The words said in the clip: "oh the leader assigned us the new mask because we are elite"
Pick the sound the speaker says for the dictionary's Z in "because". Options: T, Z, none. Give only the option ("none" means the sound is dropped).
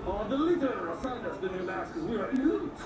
none